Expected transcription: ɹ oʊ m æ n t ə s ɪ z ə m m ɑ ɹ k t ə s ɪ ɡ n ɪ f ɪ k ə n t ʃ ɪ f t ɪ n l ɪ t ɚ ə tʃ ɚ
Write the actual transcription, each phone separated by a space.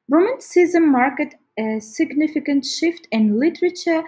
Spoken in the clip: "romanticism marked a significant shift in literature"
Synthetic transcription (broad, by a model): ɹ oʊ m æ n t s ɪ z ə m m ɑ ɹ k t ə s ɪ ɡ n ɪ f ɪ k ə n t ʃ ɪ f t ɪ n l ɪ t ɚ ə tʃ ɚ